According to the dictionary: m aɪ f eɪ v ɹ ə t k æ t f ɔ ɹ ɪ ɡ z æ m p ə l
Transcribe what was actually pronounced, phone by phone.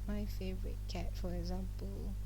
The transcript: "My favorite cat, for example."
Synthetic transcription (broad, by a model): m aɪ f eɪ v ɹ ə t k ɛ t f ɔ ɹ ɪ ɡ z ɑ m p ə l